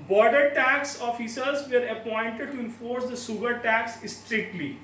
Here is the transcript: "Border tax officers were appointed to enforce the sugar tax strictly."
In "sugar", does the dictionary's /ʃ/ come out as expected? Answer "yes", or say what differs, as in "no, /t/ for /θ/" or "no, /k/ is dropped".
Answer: no, /s/ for /ʃ/